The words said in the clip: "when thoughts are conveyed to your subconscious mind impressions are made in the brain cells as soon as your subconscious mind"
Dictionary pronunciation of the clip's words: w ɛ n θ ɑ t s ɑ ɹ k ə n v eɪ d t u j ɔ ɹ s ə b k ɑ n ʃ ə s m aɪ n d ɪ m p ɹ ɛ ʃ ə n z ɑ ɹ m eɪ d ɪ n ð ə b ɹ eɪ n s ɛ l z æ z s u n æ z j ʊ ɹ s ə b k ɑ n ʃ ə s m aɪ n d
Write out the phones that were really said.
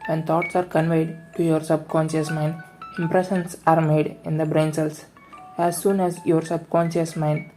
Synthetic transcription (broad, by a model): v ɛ n t ɑ t s ɑ ɹ k ə n v eɪ d t u j ɔ ɹ s ə b k ɑ n ʃ ə s m aɪ n d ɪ m p ɹ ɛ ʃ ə n s ɑ ɹ m eɪ d ɪ n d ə b ɹ eɪ n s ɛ l s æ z s u n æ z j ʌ ɹ s ə b k ɑ n ʃ ə s m aɪ n d